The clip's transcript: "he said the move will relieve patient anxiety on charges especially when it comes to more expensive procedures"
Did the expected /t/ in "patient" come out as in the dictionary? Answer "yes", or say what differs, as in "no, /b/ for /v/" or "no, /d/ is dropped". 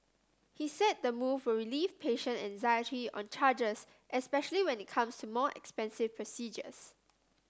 no, /t/ is dropped